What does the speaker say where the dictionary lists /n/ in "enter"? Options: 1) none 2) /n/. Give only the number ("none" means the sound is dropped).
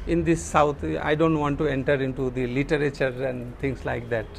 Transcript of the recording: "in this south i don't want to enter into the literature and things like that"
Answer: 2